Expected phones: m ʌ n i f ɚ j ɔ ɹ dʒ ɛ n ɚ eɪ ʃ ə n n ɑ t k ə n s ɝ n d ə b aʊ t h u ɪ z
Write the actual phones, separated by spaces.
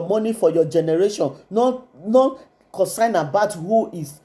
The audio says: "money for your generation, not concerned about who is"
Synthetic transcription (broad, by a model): m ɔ n i f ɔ j ɔ dʒ ɛ n ɚ eɪ ʃ ə n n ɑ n k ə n s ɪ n ə b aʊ t h u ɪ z